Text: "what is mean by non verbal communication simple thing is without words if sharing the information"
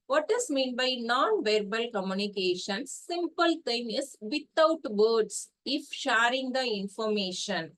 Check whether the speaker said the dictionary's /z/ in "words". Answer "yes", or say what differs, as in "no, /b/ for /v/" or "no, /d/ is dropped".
no, /s/ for /z/